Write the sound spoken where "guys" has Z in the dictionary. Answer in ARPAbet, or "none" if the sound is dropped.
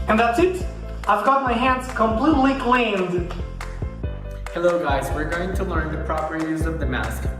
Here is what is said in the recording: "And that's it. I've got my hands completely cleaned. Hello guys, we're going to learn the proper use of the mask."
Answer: Z